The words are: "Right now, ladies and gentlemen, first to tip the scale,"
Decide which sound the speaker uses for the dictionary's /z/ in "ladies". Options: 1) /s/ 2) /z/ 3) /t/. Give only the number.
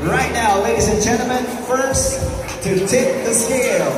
2